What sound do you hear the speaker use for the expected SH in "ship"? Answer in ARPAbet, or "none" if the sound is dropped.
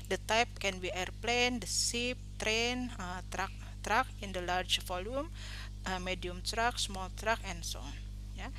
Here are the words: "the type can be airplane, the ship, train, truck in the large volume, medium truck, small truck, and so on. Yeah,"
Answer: S